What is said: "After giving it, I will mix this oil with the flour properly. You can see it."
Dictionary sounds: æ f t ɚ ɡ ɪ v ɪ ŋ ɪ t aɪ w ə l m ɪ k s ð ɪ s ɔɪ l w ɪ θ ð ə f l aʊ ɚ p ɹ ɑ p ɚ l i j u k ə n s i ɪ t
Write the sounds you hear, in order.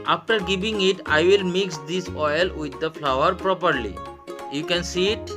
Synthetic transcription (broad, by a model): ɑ f t ɚ ɡ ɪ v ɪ ŋ ɪ t aɪ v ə l m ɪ k s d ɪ s ɔɪ l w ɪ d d ə f l aʊ ɚ p ɹ ɑ p ɚ l i j u k ə n s i t